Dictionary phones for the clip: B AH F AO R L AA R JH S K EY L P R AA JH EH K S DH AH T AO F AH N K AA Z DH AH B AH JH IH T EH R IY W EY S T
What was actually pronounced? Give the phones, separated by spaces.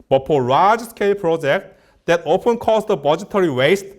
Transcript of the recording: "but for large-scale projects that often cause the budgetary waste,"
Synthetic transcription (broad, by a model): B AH P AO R AA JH S K EY L P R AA JH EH K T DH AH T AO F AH N K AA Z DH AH B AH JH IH T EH R IY W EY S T